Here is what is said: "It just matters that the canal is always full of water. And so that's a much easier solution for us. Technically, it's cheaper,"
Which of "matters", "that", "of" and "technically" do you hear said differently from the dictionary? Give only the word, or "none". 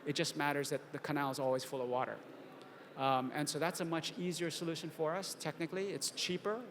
none